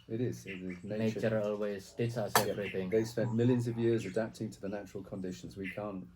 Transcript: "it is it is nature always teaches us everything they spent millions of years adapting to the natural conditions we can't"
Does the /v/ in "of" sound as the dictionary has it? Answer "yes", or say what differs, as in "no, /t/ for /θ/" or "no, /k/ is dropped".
yes